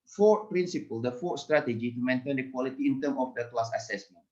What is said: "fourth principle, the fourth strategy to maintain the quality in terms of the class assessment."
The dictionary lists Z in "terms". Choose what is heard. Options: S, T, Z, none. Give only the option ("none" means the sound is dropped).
none